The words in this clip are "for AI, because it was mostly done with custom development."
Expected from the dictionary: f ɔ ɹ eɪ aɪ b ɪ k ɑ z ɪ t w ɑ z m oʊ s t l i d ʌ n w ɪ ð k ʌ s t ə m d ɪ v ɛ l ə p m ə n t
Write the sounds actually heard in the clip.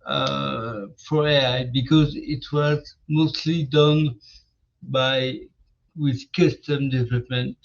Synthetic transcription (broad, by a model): f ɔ ɹ eɪ aɪ b ɪ k ɑ z ɪ t w ɑ z m oʊ s t l i d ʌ n w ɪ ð k ʌ s t ə m d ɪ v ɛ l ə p m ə n t